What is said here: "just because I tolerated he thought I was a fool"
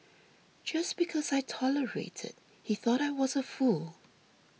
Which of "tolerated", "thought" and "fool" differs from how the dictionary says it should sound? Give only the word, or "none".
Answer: none